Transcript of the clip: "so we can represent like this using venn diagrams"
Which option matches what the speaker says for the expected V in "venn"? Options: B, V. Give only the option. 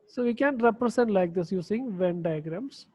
V